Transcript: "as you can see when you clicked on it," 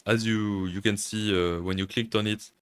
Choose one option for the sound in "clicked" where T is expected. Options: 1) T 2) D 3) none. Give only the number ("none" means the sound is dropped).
1